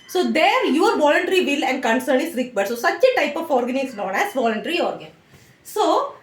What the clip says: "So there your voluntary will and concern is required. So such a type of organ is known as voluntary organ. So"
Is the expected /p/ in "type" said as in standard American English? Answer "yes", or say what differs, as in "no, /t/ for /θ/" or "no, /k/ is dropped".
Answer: yes